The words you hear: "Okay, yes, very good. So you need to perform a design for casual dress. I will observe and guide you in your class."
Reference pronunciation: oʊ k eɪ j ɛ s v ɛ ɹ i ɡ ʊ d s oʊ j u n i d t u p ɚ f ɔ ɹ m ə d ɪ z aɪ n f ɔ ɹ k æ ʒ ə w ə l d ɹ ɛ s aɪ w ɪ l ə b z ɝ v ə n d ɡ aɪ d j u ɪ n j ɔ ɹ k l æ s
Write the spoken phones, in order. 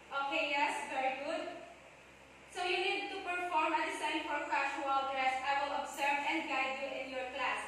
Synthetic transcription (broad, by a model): oʊ k eɪ j ɛ s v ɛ ɹ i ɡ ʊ d s oʊ j u n i d t u p ɚ f ɔ ɹ m ə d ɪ s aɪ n f ɔ ɹ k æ ʃ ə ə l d ɹ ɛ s aɪ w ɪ l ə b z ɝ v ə n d ɡ aɪ d j u ɪ n j ɔ ɹ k l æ s